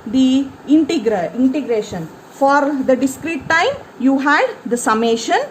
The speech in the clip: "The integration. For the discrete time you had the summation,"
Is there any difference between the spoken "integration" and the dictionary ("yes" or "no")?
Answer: no